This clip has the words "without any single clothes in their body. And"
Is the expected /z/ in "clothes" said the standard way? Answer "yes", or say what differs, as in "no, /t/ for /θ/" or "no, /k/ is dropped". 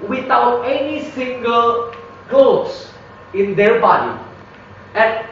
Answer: no, /s/ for /z/